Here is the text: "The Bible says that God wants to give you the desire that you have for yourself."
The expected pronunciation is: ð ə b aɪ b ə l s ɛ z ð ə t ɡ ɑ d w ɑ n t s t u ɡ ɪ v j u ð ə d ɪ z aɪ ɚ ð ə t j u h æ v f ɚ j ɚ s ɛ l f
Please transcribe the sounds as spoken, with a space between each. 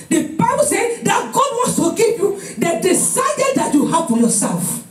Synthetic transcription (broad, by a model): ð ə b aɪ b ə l s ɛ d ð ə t ɡ ɑ d w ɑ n s t u ɡ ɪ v j u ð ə d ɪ s aɪ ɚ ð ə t j u h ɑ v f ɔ j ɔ s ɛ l f